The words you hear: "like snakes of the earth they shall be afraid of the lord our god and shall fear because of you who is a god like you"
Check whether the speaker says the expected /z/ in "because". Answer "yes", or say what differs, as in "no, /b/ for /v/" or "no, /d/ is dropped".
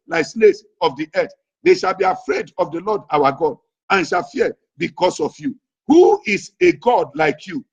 no, /s/ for /z/